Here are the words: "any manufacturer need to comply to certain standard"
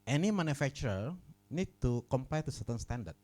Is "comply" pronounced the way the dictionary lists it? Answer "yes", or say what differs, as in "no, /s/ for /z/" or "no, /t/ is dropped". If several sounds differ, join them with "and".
no, /l/ is dropped